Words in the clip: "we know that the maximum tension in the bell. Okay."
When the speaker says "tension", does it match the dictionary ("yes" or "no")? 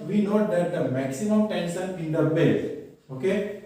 no